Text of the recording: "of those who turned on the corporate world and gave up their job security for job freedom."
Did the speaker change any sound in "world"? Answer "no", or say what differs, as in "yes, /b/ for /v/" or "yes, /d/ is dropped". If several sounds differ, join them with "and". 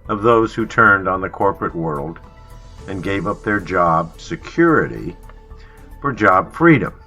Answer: no